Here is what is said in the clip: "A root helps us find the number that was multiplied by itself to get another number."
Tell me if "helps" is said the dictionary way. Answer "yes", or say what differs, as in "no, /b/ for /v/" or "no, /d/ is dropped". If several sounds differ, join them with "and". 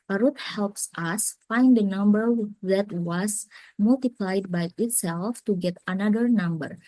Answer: yes